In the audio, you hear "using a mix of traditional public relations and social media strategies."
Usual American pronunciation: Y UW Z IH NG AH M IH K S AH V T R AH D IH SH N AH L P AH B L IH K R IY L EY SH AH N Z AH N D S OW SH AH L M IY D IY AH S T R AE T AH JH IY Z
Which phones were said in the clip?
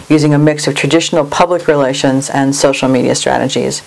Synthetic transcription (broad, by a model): Y UW Z IH NG AH M IH K S AH V T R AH D IH SH N L P AH B L IH K R IY L EY SH AH N Z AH N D S OW SH L M IY D IY AH S T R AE T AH JH IY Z